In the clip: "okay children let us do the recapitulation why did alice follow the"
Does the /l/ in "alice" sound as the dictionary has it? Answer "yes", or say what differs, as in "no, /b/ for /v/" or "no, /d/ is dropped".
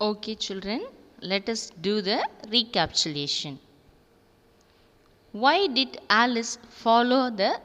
yes